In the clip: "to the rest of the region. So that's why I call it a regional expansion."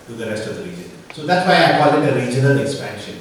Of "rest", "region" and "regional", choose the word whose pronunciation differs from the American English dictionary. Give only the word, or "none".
none